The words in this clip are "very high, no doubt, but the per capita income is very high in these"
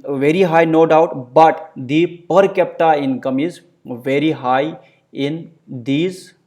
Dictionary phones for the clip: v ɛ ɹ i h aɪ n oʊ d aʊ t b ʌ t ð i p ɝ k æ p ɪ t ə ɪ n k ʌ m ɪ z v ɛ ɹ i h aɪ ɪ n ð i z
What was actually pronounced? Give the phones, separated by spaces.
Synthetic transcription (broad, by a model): v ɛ ɹ i h aɪ n oʊ d aʊ t b ʌ t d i p ɝ k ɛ p t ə ɪ n k ʌ m ɪ z v ɛ ɹ i h aɪ ɪ n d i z